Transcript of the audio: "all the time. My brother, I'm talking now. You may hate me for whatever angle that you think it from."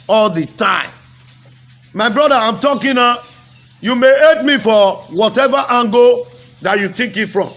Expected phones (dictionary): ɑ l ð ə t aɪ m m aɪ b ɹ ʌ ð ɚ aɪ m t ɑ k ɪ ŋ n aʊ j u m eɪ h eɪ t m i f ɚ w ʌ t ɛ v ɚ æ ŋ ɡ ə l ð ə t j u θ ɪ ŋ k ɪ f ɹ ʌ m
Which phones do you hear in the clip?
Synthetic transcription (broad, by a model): ɑ l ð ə t aɪ m m aɪ b ɹ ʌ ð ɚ aɪ m t ɑ k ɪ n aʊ j u m eɪ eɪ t m i f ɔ w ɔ t ɛ v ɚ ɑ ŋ ɡ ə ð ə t j u t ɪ k ɪ f ɹ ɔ m